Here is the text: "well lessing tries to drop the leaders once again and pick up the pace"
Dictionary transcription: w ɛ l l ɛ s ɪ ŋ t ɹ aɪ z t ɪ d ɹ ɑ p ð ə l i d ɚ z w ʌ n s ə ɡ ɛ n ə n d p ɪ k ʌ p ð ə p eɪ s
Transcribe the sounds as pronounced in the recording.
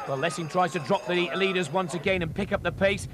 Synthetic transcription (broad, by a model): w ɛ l l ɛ s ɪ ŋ t ɹ aɪ z t ɪ d ɹ ɑ p ð ə l i d ɚ z w ʌ n s ə ɡ ɛ n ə n p ɪ k ʌ p ð ə p eɪ s